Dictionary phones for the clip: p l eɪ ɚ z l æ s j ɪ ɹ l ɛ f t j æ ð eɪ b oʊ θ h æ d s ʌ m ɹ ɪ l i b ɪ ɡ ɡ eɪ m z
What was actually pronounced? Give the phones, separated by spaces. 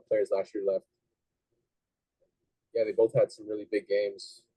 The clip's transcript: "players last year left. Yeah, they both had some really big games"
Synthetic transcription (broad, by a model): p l eɪ ɚ z l æ s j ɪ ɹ l ɛ f t j æ ð eɪ b oʊ θ h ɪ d s ʌ m ɹ ɪ l i b ɪ ɡ ɡ eɪ m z